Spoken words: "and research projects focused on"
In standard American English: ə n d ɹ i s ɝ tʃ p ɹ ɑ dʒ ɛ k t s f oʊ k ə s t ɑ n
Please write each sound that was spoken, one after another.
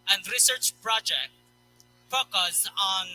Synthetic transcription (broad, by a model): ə n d ɹ i s ɝ tʃ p ɹ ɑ dʒ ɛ k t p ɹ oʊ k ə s ɑ n